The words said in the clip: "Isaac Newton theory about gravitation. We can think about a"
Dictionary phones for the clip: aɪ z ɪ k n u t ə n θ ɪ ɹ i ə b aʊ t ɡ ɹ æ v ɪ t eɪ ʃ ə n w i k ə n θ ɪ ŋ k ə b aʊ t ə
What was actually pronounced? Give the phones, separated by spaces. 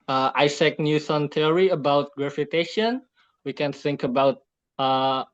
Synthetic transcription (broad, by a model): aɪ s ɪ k n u s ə n t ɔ ɹ i ə b aʊ t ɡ ɹ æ f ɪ t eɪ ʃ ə n w i k ə n θ ɪ ŋ k ə b aʊ t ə